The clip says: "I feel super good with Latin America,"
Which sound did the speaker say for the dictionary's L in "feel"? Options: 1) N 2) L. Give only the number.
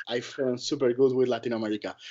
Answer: 1